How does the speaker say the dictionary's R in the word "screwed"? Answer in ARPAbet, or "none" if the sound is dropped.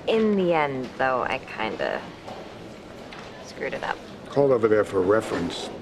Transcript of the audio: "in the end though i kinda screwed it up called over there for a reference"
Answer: R